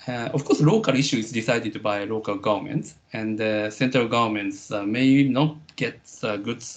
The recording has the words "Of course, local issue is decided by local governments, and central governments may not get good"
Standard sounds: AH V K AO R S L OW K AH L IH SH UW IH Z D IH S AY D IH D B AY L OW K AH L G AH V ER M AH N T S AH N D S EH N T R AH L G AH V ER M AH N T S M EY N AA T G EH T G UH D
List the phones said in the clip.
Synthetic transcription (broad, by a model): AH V K AO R S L OW K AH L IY SH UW IH Z D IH S AY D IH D B AY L OW K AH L G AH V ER M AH N T S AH N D S EH N T R AH L G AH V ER M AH N T S M EY N AA T G EH T G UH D